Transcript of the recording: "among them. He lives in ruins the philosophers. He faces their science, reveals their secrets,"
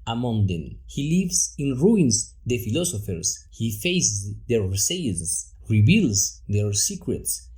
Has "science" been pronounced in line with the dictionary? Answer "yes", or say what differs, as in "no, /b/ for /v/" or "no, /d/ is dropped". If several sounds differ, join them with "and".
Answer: no, /n/ is dropped